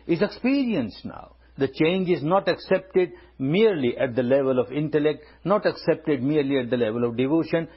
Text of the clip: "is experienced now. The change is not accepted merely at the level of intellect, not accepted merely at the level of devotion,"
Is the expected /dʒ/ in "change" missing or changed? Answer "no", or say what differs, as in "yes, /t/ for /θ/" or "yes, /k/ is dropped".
no